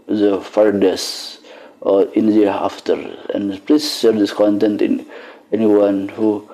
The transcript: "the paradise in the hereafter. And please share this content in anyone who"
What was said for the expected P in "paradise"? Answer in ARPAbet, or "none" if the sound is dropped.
F